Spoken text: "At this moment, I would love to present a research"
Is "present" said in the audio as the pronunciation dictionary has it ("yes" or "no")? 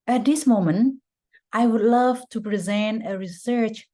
yes